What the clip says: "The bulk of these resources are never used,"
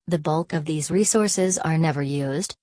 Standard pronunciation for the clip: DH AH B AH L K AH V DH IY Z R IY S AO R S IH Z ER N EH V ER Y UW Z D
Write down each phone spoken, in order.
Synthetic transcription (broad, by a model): DH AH B AH L K AH V DH IY Z R IY S AO R S IH Z ER N EH V ER Y UW Z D